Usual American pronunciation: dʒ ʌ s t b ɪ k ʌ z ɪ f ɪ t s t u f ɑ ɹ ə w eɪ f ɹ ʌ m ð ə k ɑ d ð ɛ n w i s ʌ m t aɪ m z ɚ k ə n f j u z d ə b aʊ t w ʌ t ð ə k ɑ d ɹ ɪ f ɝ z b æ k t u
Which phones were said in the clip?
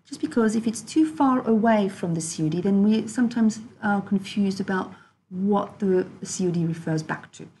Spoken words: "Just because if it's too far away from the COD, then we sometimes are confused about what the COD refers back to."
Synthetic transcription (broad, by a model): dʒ ʌ s b ɪ k ʌ z ɪ f ɪ t s t u f ɑ ɹ ə w eɪ f ɹ ʌ m ð ə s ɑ d ð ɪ n w i s ʌ m t aɪ m z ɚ k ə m f j u z d ə b aʊ t w ʌ t ð ə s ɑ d ɹ ɪ f ɝ z b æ k t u